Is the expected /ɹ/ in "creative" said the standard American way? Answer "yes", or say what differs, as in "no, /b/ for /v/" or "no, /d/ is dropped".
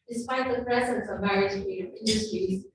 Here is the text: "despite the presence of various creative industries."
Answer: no, /ɹ/ is dropped